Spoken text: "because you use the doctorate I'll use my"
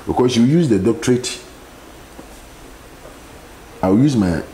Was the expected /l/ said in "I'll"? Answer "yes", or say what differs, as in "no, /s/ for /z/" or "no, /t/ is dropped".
no, /w/ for /l/